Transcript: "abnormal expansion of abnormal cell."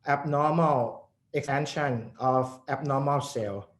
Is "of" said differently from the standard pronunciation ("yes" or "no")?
yes